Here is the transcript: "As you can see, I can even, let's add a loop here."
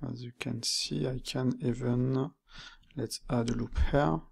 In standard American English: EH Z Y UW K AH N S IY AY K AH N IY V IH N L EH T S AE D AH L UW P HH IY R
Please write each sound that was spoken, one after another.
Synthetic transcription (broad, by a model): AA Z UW K AH N S IY AY K AH N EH V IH N L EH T AA D AH L UW P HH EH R